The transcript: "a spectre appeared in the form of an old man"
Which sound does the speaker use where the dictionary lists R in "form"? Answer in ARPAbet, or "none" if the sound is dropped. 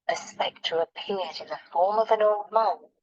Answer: R